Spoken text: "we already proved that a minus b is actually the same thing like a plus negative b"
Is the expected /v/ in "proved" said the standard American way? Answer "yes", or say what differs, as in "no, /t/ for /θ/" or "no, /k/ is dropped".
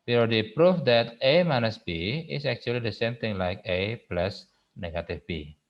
no, /f/ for /v/